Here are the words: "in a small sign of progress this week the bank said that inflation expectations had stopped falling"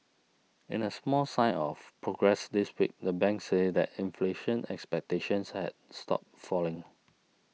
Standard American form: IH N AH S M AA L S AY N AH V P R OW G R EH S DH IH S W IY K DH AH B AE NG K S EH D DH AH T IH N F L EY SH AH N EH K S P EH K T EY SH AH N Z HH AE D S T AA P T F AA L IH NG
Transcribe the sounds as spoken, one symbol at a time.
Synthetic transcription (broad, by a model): IH N AH S M AA L S AY AH F P R OW G R EH S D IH S W IY K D AH B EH NG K S EH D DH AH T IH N F L EY SH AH N EH K S P EH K T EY SH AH N S HH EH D S T AA P F AA L IH NG